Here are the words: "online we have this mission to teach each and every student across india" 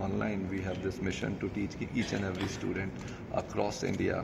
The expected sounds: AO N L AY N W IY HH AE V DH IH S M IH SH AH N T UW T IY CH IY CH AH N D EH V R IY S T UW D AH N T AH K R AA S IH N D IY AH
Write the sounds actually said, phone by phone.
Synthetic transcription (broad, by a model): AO N L AY N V IY HH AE V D IH S M IH SH AH N T UW T IY CH IY CH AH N EH V R IY S T UW D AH N T AH K R AA S IH N D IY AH